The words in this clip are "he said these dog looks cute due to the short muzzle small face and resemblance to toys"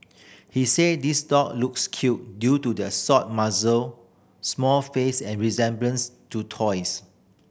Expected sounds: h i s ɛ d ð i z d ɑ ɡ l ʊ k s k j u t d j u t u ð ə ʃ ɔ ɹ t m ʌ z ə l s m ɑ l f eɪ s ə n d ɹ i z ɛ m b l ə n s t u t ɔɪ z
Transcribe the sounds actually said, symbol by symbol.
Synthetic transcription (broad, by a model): h i s ɛ d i s d ɑ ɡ l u k s k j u t d j u t u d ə s ɔ t m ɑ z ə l s m ɑ l f eɪ s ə n ɹ i z ɛ m b l ə n s t u t ɔɪ s